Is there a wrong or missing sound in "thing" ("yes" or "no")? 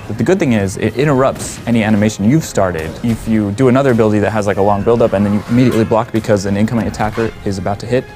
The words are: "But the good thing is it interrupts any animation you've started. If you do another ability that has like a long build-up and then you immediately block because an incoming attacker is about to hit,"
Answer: no